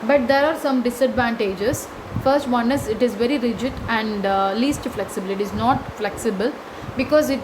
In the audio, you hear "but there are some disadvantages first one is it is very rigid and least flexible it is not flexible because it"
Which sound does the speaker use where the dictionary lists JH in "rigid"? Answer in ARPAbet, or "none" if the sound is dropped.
JH